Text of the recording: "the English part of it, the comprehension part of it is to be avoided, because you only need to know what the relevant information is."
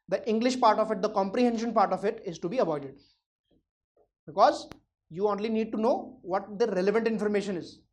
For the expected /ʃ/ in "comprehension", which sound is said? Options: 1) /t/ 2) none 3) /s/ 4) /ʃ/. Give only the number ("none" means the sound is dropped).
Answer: 4